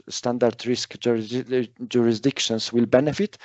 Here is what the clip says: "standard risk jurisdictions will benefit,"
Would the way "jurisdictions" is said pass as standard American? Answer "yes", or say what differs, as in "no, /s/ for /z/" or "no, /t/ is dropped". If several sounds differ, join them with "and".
no, /s/ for /z/